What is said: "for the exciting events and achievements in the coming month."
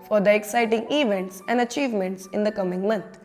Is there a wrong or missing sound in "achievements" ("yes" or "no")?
no